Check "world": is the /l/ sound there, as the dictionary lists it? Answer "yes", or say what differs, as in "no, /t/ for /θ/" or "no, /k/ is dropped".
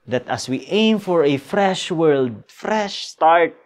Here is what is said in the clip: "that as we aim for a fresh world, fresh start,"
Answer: yes